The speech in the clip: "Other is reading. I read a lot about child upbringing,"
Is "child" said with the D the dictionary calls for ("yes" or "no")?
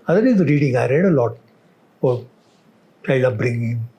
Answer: no